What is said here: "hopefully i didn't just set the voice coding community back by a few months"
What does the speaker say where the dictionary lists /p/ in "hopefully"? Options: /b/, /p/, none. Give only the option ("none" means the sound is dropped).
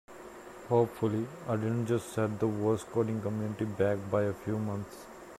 /p/